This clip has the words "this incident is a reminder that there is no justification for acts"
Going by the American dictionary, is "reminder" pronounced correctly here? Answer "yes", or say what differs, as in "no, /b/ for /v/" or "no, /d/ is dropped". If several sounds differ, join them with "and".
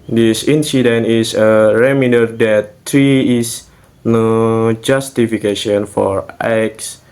no, /n/ is dropped